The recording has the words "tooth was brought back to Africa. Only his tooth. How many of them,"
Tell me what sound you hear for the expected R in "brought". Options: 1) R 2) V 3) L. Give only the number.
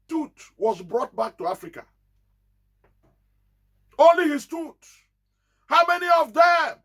1